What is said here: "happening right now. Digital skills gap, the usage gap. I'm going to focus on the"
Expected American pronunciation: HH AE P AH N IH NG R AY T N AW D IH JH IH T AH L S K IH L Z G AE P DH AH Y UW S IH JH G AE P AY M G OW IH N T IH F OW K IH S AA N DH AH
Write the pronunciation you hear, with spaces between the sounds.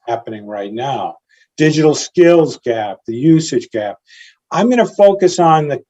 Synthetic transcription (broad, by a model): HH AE P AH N IH NG R AY T N AW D IH JH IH T L S K IH L Z G AE P DH AH Y UW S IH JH G AE P AY M G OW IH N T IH F OW K IH S N DH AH